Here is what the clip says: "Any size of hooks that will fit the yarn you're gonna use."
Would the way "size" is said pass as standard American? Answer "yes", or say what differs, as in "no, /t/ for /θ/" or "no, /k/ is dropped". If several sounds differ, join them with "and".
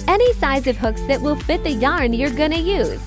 yes